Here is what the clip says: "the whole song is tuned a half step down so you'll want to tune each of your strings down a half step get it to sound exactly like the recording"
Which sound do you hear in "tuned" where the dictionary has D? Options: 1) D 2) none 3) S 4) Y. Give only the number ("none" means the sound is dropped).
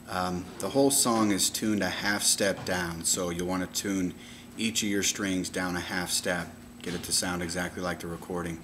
1